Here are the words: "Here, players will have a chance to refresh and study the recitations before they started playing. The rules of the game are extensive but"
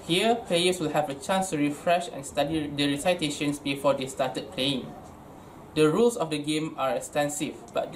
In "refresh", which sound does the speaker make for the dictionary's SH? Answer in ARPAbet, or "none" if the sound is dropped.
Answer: SH